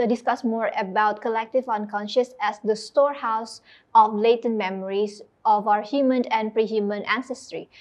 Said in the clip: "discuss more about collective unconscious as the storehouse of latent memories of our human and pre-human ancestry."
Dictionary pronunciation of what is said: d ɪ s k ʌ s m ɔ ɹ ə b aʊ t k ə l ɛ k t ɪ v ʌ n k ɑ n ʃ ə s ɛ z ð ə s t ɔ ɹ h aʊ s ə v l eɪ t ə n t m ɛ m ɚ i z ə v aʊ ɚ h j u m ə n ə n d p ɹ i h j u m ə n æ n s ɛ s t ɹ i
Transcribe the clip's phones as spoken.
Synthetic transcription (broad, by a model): d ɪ s k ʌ s m ɔ ɹ ə b aʊ t k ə l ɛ k t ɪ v ʌ n k ɑ n ʃ ə s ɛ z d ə s t ɔ ɹ h aʊ s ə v l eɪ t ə n m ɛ m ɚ i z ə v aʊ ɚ h j u m ə n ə n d p ɹ i h j u m ə n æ n s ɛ s t ɹ i